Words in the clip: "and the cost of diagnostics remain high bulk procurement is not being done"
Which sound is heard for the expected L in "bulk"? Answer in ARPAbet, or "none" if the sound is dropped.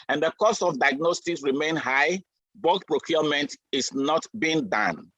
none